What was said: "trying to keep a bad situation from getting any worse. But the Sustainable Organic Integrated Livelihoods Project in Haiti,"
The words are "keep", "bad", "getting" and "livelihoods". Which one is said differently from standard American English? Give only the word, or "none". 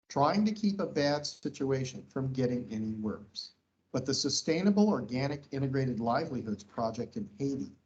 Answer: none